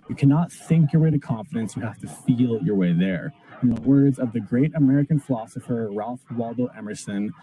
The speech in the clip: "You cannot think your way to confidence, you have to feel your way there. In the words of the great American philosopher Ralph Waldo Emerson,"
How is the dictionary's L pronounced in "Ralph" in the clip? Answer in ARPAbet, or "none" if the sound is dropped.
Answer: L